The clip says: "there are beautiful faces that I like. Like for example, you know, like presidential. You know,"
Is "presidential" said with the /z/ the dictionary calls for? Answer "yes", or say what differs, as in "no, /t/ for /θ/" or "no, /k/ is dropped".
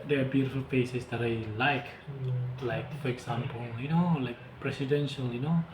no, /s/ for /z/